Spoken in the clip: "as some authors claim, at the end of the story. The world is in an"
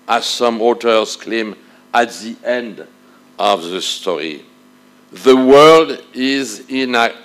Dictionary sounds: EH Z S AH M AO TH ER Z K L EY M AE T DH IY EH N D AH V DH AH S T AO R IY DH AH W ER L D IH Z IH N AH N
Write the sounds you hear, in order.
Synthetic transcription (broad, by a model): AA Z S AH M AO T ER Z K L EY M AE T DH IY EH N D AH V DH AH S T AO R IY DH AH W ER L D IH Z IH N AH